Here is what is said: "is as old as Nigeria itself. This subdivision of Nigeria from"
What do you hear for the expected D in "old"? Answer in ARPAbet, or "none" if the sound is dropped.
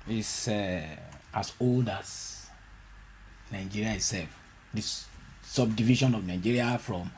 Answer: D